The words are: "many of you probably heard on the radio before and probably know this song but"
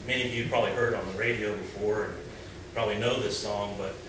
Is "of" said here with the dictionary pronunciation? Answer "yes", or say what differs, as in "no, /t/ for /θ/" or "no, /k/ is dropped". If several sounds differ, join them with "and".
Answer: yes